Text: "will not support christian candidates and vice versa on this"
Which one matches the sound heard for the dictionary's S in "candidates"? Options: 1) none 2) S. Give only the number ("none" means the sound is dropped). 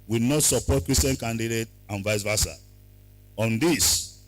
1